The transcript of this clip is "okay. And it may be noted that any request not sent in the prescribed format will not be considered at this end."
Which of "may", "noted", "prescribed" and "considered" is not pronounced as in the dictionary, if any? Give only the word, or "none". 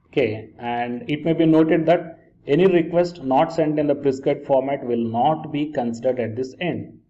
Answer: prescribed